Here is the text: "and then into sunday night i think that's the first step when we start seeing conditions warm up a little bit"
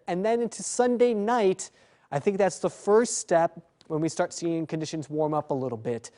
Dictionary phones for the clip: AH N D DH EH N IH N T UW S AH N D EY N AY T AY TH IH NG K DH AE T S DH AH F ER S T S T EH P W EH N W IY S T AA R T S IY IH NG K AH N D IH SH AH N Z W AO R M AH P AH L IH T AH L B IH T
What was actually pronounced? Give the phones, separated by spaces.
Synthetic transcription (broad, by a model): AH N DH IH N IH N T UW S AH N D EY N AY T AY TH IH NG K DH AE T S DH AH F ER S T S T EH P W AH N W IY S T AA R T S IY IH NG K AH N D IH SH AH N Z W AO R M AH P AH L IH T L B IH T